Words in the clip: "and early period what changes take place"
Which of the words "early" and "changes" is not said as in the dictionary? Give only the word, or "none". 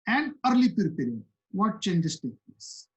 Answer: changes